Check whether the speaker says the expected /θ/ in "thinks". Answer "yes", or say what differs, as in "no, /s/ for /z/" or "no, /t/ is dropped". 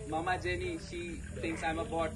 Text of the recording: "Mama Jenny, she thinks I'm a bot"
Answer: no, /t/ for /θ/